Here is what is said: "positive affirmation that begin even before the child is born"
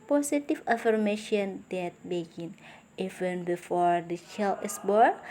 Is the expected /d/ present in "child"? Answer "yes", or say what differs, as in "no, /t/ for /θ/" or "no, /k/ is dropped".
no, /d/ is dropped